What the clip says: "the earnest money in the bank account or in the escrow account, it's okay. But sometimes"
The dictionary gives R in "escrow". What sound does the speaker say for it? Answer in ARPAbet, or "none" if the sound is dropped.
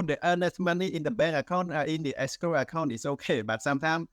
none